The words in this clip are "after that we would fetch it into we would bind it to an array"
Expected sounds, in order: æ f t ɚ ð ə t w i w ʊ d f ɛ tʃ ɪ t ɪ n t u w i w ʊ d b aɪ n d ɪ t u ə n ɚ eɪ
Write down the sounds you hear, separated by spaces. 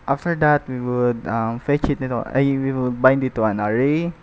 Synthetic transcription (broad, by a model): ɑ f t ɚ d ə t w i w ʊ d f ɛ tʃ ɪ t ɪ t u w i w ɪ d b aɪ n d ɪ t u ə n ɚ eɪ